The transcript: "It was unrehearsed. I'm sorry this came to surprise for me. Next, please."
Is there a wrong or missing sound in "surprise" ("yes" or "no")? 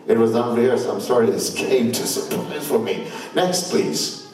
yes